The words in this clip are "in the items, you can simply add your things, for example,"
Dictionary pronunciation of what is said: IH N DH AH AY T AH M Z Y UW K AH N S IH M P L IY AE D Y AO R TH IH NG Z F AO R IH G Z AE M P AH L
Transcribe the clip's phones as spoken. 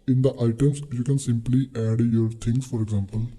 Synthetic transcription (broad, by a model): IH N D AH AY T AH M S Y UW K AH N S IH M P L IY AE D Y AO R T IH NG S F AO R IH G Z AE M P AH L